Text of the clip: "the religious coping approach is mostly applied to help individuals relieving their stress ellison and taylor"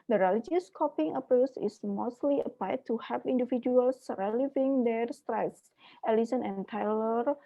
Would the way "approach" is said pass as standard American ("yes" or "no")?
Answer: no